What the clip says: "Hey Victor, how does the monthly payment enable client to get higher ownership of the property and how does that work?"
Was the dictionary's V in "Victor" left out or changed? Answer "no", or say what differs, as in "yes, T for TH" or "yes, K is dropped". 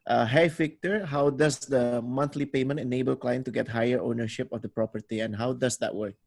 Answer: yes, F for V